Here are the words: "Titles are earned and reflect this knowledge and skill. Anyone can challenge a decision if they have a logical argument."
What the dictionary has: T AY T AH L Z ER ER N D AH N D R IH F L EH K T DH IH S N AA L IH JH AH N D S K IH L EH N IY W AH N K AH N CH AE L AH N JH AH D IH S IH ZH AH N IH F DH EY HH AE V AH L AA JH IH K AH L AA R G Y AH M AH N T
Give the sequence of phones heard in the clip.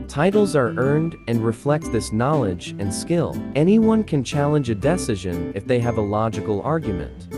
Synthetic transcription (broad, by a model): T AY T L Z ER ER N D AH N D R IH F L EH K T DH IH S N AA L IH JH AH N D S K IH L EH N IY W AH N K AH N CH AE L AH N JH AH D IH S IH ZH AH N IH F DH EY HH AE V AH L AA JH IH K L AA R G Y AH M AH N T